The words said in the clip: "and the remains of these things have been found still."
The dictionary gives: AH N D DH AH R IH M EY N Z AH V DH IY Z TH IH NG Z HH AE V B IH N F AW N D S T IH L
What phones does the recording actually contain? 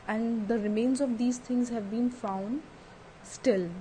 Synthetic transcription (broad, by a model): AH N D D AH R IH M EY N Z AH V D IY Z T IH NG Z HH AE V B IH N F AW N D S T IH L